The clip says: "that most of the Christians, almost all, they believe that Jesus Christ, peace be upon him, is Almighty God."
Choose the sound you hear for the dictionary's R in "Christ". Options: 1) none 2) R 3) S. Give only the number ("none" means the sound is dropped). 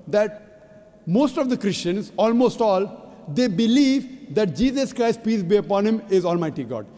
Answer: 2